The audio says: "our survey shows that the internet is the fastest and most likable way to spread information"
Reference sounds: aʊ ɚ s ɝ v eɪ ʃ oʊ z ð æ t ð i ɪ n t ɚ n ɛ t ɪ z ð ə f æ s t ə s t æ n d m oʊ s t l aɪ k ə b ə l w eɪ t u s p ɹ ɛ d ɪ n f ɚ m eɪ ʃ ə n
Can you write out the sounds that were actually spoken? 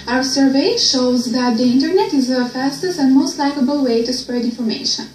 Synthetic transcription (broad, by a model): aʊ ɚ s ɝ v eɪ ʃ oʊ z ð æ t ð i ɪ n t ɚ n ɛ t ɪ z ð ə f æ s t ə s t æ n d m oʊ s t l aɪ k ə b ə l w eɪ t u s p ɹ ɛ d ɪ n f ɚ m eɪ ʃ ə n